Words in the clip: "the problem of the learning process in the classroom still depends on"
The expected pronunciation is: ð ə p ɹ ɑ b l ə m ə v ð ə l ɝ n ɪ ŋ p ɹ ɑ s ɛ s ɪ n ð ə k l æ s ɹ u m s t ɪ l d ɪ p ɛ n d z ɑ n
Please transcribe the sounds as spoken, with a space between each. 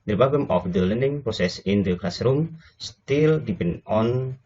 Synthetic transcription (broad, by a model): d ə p ɑ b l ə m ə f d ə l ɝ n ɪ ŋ p ɹ ɑ s ɛ s ɪ n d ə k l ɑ s ɹ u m s t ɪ l d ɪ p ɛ n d ɑ n